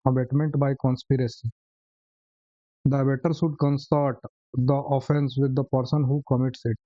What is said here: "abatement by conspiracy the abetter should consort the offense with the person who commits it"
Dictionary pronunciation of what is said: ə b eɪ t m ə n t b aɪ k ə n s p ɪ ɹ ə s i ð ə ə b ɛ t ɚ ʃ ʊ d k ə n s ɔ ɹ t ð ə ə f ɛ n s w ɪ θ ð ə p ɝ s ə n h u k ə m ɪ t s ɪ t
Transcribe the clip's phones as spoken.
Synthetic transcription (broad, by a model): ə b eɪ t m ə n t b aɪ k ə n s p ɪ ɹ ə s i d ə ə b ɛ t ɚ s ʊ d k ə n s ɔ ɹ t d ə ə f ɛ n s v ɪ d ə p ɝ s ə n h u k ə m ɪ t s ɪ t